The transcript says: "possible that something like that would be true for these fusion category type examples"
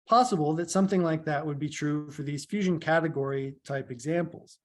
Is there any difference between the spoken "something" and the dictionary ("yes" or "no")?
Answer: no